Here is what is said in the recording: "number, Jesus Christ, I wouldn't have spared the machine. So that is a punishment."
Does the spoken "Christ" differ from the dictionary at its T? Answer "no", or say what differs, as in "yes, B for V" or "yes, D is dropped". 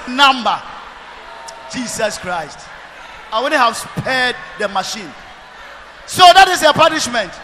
no